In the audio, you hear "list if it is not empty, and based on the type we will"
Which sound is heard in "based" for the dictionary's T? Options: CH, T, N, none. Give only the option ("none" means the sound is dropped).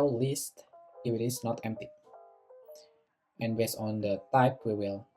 none